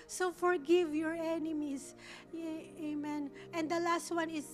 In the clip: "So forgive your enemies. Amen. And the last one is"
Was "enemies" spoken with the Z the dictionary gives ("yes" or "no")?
no